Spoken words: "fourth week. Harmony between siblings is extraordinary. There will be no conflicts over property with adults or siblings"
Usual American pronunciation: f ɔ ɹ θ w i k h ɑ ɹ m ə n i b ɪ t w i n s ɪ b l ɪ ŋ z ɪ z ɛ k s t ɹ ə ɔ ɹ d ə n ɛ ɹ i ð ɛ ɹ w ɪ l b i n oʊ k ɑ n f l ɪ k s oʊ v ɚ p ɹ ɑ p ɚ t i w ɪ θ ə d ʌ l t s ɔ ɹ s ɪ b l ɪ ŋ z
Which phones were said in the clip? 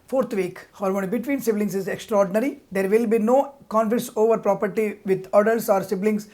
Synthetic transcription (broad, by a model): f ɔ ɹ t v i k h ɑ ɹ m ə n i b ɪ t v i n s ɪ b l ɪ ŋ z ɪ z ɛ k s t ɹ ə ɔ ɹ d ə n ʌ ɹ i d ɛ ɹ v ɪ l b i n oʊ k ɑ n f ɪ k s oʊ v ɚ p ɹ ɑ p ɚ t i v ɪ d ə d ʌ l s ɔ ɹ s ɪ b l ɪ ŋ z